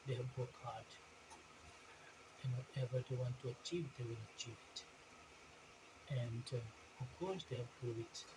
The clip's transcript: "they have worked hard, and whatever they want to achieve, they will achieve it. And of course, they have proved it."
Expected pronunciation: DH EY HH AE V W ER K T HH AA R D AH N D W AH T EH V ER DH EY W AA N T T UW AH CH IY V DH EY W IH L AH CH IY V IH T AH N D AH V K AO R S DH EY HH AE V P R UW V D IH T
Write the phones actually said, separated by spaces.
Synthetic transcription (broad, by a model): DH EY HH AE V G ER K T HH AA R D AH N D W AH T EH V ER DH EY W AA N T T UW AH CH IY V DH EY W IH L AH CH IY V IH T AH N D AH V K AO R S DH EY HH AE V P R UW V IH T